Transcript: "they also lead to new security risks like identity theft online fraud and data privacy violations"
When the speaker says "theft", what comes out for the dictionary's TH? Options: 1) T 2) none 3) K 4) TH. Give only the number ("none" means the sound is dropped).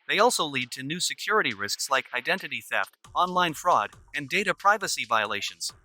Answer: 4